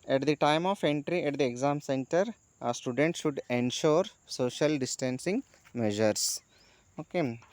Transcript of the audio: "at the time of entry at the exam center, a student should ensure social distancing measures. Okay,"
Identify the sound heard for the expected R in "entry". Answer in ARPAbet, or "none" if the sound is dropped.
R